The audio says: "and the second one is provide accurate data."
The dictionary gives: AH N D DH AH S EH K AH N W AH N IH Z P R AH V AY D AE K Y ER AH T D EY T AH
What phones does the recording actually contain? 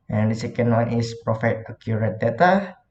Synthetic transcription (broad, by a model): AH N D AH S EH K AH N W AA N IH S P R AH F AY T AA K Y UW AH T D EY T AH